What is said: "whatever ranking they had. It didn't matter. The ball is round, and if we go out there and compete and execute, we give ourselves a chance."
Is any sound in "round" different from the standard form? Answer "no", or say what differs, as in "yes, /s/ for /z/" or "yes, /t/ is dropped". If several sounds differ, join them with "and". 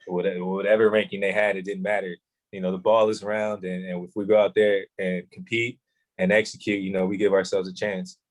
no